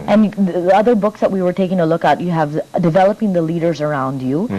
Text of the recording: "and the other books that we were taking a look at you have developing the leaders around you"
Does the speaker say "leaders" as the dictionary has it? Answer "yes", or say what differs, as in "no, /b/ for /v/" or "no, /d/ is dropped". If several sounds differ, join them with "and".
yes